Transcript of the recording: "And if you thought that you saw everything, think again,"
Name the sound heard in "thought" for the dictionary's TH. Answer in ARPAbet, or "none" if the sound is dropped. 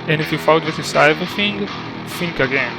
F